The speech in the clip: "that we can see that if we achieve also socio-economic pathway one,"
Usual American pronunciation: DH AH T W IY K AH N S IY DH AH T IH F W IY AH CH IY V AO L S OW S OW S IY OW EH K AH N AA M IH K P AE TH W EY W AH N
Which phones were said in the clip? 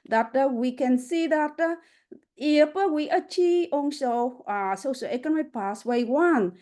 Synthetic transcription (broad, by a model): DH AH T W IY K AH N S IY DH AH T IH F W IY AH CH IY V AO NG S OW S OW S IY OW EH K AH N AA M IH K P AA S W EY W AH N